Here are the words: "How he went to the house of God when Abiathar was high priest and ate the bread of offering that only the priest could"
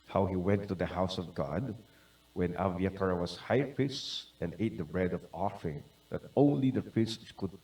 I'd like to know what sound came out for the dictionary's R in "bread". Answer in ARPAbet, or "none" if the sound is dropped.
R